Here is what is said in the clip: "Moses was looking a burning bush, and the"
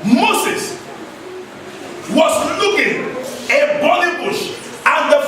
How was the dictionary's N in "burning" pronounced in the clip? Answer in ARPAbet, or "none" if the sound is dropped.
L